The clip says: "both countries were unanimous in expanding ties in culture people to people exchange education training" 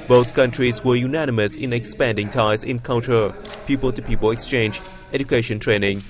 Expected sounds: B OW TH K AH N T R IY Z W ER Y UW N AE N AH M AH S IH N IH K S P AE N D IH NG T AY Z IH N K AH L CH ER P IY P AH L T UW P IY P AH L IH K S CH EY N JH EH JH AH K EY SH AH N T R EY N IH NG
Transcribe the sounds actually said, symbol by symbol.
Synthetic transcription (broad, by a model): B OW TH K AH N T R IY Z W ER Y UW N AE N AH M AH S IH N IH K S P AE N D IH NG T AY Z IH N K AH L CH ER P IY P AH L T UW P IY P AH L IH K S CH EY N JH EH JH AH K EY SH AH N T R EY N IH NG